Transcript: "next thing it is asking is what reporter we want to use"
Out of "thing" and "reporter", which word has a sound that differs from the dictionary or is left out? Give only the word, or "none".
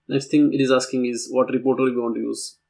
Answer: thing